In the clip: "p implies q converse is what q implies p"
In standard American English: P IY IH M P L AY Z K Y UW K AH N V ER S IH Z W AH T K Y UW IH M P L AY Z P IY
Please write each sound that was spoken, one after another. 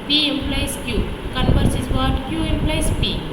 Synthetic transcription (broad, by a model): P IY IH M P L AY S K Y UW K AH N P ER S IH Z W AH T K Y UW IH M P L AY S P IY